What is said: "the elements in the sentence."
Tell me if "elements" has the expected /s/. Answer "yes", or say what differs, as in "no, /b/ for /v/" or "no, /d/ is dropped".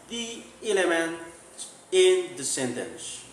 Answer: no, /s/ is dropped